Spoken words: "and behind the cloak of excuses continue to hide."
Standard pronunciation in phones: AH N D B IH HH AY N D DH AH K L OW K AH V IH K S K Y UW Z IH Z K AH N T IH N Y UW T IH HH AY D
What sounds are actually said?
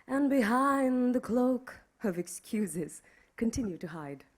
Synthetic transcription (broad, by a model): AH N B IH HH AY N DH AH K L OW K AH V IH K S K Y UW Z IH Z K AH N T IH N Y UW T IH HH AY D